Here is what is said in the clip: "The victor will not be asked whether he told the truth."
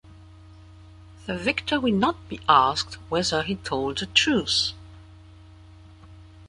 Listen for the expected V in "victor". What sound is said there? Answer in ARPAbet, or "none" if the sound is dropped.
V